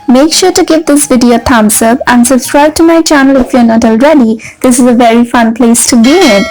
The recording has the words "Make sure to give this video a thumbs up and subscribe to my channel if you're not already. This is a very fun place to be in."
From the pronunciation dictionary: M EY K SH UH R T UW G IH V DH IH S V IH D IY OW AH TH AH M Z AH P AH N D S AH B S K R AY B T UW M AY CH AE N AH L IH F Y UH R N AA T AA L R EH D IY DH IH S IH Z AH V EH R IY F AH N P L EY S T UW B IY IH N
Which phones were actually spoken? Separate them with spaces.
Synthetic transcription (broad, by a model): M EY K SH UH R T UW G IH V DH IH S V IH D IY OW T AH M S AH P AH N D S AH S R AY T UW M AY CH AE N AH L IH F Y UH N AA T AA L R EH D IY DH IH S IH Z AH V EH R IY F AH N P L EY S T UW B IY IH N